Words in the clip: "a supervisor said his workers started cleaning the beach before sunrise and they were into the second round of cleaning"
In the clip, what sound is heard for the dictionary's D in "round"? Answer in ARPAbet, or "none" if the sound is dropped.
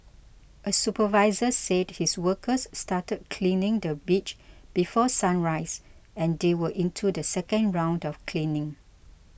D